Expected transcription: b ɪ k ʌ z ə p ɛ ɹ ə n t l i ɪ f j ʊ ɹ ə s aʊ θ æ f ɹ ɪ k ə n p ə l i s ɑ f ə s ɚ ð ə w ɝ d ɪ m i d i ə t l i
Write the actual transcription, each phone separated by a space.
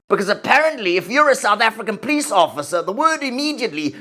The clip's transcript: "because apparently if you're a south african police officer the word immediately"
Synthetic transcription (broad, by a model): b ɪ k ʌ z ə p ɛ ɹ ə n t l i ɪ f j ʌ ɹ ə s aʊ θ æ f ɹ ɪ k ə n p ə l i s ɑ f ə s ɚ ð ə w ɝ d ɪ m i d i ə t l i